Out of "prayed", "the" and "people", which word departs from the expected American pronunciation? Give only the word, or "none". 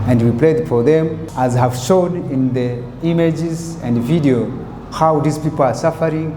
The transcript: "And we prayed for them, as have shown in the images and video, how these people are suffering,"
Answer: prayed